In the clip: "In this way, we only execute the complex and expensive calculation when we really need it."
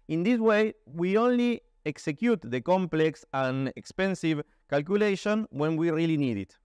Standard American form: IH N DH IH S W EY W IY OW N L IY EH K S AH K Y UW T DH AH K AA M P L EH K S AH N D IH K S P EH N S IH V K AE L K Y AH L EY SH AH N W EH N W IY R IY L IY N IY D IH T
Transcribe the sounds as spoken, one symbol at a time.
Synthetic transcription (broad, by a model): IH N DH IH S W EY W IY OW N L IY EH K S AH K Y UW T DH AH K AA M P L EH K S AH N IH K S P EH N S IH V K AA L K Y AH L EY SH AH N W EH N W IY R IY L IY N IY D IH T